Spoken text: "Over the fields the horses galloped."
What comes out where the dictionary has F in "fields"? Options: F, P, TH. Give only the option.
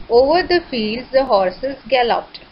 F